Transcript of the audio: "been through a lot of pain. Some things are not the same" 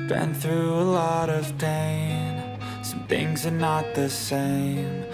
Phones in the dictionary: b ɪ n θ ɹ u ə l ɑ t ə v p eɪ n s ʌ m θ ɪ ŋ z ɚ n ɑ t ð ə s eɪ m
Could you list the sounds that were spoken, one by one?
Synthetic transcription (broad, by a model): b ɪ n θ ɹ u ə l ɑ t ə v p eɪ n s ʌ m θ ɪ ŋ z ɚ n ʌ t ð ə s eɪ m